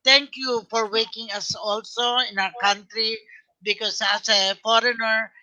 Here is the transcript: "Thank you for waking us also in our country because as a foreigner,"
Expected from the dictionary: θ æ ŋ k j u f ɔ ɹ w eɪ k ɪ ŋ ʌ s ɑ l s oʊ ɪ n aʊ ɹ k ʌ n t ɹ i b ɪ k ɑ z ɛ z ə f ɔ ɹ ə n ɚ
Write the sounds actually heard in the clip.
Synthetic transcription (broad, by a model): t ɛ ŋ k j u f ɔ ɹ w eɪ k ɪ ŋ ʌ s ɑ l s oʊ ɪ n aʊ ɹ k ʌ n t ɹ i b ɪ k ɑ s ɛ s ə f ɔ ɹ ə n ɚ